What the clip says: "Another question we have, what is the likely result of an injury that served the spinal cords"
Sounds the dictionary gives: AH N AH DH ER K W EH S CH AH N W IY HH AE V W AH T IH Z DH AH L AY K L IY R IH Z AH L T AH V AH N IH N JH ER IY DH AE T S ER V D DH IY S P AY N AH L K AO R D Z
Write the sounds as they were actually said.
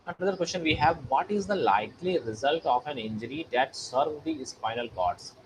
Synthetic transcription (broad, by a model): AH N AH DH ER K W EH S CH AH N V IY HH AE V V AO T IH Z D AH L AY K L IY R IH Z AH L T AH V AH N IH N JH ER IY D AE T S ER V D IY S F AY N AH L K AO R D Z